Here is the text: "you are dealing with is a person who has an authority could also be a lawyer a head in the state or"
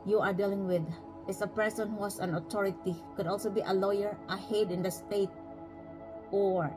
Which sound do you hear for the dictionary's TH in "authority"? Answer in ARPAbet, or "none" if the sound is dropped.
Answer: T